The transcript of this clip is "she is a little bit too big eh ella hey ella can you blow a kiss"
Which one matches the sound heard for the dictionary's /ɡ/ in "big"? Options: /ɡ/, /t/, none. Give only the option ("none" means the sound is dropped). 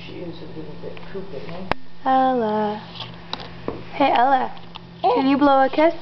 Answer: none